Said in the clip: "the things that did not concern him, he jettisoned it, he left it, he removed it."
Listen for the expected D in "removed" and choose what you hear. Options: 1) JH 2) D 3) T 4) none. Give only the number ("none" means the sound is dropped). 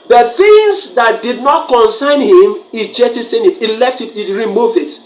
2